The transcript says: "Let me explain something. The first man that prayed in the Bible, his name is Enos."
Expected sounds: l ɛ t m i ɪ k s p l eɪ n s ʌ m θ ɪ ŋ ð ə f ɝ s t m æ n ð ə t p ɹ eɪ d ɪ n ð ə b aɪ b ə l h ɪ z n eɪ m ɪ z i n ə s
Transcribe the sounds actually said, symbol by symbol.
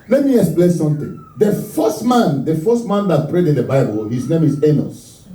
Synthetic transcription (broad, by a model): l ɛ t m i ɪ k s p l eɪ n s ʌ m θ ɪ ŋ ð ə f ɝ s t m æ n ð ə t p ɹ eɪ d ɪ n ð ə b aɪ b ə l h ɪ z n eɪ m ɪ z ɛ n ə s